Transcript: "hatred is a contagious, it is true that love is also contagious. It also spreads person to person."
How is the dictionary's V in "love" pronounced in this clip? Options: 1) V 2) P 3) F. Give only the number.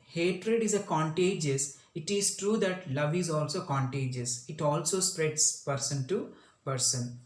1